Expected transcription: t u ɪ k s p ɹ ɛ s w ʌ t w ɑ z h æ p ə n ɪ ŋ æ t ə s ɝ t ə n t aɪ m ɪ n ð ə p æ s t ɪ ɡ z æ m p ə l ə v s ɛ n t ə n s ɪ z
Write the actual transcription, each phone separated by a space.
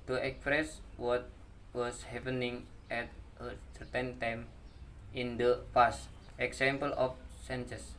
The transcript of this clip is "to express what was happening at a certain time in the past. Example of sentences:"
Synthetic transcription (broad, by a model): t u ɪ k s p ɹ ɛ s w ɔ t w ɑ s h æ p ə n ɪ ŋ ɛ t ə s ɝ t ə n t aɪ m ɪ n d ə f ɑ s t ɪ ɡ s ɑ m p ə l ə f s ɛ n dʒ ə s